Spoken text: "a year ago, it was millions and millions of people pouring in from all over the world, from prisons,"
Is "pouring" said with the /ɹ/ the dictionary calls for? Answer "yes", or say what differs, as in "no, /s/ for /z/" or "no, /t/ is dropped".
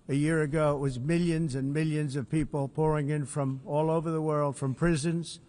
yes